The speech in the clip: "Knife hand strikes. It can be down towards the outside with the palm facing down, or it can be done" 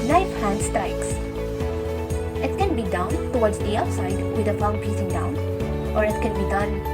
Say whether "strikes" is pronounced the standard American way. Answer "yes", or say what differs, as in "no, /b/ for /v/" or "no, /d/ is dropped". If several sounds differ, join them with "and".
no, /ɹ/ is dropped